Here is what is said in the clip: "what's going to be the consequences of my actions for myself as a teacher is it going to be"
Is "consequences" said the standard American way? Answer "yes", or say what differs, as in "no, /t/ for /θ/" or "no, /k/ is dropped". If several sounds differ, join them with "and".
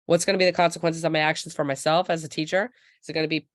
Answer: yes